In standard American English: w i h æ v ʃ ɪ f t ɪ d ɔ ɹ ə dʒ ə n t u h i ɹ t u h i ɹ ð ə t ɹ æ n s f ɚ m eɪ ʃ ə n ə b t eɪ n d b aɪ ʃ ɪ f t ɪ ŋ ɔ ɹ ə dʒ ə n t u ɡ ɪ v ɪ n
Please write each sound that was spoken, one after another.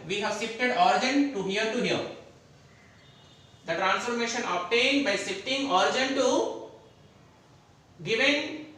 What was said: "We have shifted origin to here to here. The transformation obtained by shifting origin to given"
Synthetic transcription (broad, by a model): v i h æ v s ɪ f t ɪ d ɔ ɹ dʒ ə n t u h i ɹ t u h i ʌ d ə t ɹ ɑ n s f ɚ m eɪ ʃ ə n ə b t eɪ n d b aɪ s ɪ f t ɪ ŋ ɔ ɹ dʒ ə n t u ɡ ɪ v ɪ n